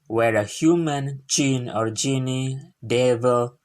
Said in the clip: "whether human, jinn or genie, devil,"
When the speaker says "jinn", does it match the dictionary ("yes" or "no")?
no